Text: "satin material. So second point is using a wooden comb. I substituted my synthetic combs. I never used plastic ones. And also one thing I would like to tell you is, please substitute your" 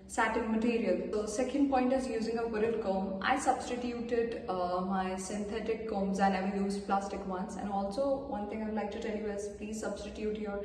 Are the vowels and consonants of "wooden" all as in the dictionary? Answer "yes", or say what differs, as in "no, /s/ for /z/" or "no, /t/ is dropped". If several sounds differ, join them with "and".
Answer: no, /l/ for /n/